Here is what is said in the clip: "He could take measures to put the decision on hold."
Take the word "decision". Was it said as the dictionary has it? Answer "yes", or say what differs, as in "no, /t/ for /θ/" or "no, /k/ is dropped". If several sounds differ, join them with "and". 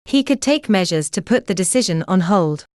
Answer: yes